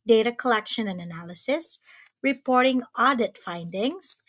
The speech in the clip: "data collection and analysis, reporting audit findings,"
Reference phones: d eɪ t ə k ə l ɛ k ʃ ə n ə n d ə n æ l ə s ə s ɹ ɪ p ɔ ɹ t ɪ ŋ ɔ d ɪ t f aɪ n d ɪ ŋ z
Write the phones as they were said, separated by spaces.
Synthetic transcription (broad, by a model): d eɪ t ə k ə l ɛ k ʃ ə n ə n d ə n æ l ə s ə s ɹ ɪ p ɔ ɹ t ɪ ŋ ɔ d ɪ t f aɪ n d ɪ ŋ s